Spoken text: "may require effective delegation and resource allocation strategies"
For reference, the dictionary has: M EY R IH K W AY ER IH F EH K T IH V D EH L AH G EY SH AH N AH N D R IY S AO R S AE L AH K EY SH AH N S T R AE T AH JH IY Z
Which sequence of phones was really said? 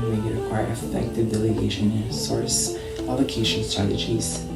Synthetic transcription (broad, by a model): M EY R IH K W AY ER IH F EH K T IH V D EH L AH G EY AH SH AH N S AO R S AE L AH K EY SH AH N S T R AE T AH JH IY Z